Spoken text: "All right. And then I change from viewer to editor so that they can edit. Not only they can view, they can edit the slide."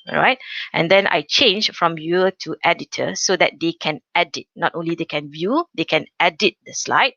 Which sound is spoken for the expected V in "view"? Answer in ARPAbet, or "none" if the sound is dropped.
V